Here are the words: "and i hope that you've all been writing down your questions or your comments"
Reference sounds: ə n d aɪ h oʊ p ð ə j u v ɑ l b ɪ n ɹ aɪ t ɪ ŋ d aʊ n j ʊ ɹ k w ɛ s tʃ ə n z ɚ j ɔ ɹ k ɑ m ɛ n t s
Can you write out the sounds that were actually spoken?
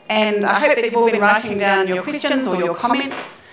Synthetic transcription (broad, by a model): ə n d aɪ h oʊ p ð ə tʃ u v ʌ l b ɪ n ɹ aɪ t ɪ ŋ d aʊ n j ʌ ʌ k w ɛ s tʃ ə n z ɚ j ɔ k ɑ m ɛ n t s